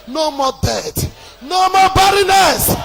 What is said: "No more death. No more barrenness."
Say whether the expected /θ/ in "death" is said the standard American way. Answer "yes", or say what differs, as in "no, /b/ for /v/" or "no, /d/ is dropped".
no, /t/ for /θ/